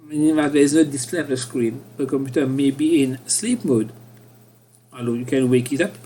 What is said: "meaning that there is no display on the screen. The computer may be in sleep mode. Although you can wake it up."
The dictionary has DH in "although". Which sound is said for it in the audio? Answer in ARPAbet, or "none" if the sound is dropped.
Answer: none